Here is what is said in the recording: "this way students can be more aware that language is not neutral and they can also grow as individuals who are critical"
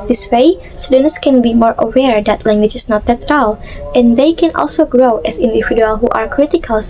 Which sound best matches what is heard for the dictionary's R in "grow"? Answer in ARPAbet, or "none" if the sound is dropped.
R